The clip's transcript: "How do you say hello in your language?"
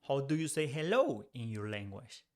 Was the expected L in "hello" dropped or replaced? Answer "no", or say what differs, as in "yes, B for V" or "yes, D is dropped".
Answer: no